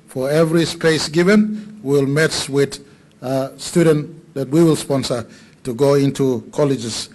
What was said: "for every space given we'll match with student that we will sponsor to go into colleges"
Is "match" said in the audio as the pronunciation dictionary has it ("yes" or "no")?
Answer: no